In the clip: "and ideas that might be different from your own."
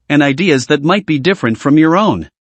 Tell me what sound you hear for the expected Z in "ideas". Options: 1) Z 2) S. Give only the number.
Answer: 1